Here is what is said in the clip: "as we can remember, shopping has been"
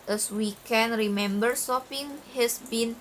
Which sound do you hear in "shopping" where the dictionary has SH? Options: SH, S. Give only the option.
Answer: S